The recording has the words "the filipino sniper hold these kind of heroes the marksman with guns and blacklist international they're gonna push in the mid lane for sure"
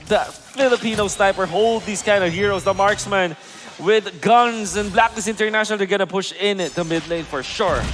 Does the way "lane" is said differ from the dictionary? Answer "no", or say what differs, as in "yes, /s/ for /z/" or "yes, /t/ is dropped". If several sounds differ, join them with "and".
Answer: no